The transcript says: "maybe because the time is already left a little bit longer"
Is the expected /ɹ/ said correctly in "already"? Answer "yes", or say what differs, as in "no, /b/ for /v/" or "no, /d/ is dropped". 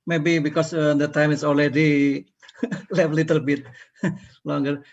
no, /l/ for /ɹ/